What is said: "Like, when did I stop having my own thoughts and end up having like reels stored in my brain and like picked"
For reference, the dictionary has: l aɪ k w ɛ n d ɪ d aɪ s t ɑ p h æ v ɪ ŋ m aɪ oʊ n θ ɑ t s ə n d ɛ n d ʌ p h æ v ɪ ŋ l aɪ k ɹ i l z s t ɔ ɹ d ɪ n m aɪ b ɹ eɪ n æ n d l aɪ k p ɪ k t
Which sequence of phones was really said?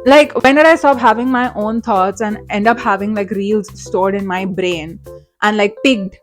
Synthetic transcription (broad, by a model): l aɪ k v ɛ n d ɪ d aɪ s t ɑ p h æ v ɪ ŋ m aɪ oʊ n t ɑ t s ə n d ɛ n d ʌ p h æ v ɪ ŋ l aɪ k ɹ i l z s t ɔ ɹ d ɪ n m aɪ b ɹ eɪ n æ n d l aɪ k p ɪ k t